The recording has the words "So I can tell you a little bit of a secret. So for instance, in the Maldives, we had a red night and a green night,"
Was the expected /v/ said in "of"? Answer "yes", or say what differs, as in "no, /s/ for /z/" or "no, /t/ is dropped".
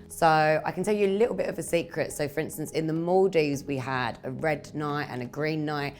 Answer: yes